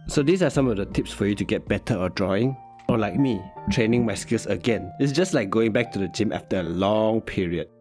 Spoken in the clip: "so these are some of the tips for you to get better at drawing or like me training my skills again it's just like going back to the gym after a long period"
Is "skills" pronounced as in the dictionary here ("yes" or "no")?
no